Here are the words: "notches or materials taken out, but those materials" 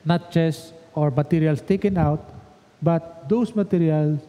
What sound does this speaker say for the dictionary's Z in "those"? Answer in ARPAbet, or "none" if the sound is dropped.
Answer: S